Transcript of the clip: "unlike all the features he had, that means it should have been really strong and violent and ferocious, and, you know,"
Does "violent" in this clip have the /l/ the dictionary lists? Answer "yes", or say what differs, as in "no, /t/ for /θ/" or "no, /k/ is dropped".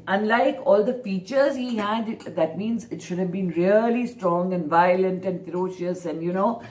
yes